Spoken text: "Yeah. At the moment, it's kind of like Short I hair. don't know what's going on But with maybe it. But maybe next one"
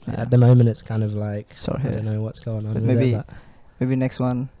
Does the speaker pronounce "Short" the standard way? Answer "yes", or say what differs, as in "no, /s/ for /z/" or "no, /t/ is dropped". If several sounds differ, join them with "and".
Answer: no, /s/ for /ʃ/